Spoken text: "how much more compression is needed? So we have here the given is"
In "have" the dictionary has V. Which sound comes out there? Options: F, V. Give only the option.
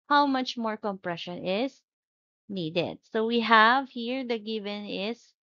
V